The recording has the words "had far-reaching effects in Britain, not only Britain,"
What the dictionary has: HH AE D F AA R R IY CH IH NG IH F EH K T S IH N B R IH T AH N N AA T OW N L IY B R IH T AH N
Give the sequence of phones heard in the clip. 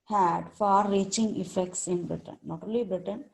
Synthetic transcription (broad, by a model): HH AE D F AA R R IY CH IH NG IH F EH K T S IH N B R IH T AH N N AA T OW L IY B R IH T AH N